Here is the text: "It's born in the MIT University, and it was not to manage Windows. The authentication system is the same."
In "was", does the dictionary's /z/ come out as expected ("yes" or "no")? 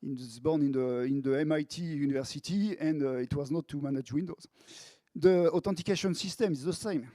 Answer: yes